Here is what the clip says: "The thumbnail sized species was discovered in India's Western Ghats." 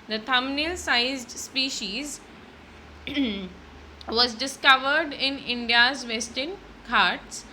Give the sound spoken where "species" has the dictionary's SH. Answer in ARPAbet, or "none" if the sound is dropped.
SH